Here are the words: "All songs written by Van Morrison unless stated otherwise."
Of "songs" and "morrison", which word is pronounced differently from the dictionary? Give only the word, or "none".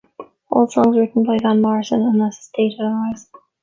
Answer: none